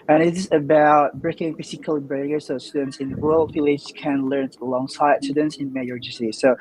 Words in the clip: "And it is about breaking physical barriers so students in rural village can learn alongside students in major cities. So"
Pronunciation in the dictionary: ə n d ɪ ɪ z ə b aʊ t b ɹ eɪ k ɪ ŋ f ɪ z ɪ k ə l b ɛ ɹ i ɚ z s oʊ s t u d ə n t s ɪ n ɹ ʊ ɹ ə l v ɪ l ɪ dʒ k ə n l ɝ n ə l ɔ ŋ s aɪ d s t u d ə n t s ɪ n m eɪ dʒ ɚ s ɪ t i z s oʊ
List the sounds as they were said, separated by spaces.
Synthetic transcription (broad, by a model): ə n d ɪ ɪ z ə b aʊ t b ɹ eɪ k ɪ ŋ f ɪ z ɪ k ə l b ɹ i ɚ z s oʊ s t u d ə n t s ɪ n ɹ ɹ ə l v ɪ l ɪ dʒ k ə n l ɝ n ə l ɔ ŋ s aɪ d s t u d ə n t s ɪ n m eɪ ɚ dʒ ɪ s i s oʊ